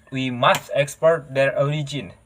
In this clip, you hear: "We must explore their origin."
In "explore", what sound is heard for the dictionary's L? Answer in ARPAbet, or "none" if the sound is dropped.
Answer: none